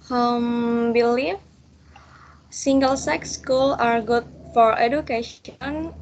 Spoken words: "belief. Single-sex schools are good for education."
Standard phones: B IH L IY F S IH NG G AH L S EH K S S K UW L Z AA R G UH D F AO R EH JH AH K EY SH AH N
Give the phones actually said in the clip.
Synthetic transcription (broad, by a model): B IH L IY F S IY NG G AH L S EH K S S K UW L AA R G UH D F AO R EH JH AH K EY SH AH N